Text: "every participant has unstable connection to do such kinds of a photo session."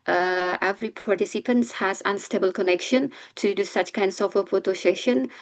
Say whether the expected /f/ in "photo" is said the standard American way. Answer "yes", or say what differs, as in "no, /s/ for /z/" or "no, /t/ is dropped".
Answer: no, /p/ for /f/